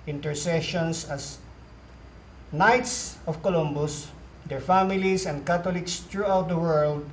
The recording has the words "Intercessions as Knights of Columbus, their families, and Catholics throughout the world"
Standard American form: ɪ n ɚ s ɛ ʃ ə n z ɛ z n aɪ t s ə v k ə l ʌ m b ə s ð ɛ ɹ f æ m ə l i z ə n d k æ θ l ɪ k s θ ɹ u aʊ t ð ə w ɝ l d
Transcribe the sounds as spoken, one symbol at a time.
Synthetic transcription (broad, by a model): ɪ n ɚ s ɛ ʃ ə n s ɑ s n aɪ t s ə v k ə l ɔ m b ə s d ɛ ɹ f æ m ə l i s ə n d k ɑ t l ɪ k s t ɹ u aʊ t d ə w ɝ l d